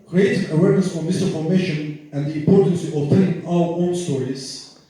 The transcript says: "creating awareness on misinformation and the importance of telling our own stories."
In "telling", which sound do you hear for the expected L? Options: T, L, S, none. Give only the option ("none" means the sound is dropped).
none